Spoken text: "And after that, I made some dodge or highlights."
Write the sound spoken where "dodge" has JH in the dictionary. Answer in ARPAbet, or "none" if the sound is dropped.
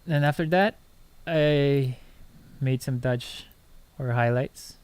CH